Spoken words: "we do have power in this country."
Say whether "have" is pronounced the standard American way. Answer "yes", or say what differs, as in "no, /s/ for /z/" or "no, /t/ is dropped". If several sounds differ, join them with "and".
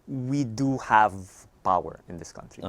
yes